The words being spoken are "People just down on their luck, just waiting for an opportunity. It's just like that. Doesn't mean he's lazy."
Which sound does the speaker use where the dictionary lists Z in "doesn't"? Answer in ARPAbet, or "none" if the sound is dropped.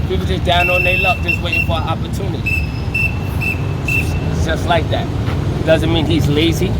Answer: Z